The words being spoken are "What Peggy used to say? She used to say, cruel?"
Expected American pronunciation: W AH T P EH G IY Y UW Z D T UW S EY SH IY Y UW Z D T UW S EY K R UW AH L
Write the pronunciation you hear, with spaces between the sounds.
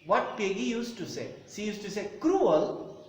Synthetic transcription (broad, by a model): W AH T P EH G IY Y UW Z T UW S EY S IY Y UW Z T UW S EY K R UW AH L